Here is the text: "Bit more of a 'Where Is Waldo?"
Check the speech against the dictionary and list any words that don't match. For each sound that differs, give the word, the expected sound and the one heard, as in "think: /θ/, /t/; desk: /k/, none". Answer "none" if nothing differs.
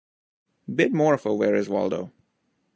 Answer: none